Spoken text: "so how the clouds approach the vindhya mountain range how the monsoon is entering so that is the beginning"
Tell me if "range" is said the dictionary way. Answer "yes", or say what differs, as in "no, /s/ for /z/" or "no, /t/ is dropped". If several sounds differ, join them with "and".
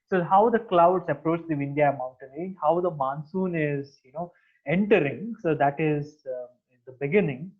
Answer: no, /l/ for /ɹ/